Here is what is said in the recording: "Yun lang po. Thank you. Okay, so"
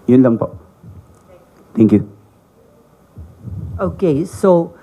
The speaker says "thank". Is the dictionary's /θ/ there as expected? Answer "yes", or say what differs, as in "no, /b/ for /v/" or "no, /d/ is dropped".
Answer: no, /t/ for /θ/